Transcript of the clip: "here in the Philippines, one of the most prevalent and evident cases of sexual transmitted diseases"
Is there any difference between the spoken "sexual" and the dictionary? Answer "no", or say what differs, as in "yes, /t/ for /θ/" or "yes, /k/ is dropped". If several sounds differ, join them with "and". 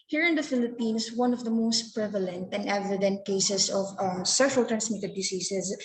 yes, /k/ is dropped